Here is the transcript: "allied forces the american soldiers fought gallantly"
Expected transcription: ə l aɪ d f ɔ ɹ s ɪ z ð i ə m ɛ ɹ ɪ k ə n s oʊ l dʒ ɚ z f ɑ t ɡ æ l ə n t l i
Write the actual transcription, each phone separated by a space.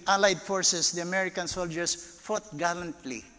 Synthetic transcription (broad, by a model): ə l aɪ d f ɔ ɹ s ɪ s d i ə m ɛ ɹ ɪ k ə n s oʊ l dʒ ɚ s f ɑ t ɡ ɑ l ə n t l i